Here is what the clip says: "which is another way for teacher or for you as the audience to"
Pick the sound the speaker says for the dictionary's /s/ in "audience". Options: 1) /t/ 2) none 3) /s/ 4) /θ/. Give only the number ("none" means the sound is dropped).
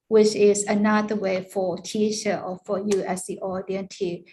2